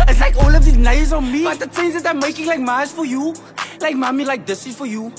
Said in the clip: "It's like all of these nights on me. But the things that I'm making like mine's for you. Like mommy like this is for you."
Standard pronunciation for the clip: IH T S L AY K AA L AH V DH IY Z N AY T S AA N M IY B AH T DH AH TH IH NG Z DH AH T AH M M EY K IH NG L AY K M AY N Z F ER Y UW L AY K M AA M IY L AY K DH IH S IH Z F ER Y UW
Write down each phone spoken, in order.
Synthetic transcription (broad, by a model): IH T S L AY K AA L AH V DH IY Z N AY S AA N M IY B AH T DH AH S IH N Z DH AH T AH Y M EY K IH NG L AY K M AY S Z F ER Y UW L AY K M AA M IY L AY K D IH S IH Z F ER Y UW